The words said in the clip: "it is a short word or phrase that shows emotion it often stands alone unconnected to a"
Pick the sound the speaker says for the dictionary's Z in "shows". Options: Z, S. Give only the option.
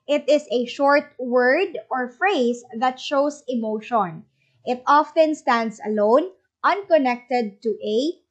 S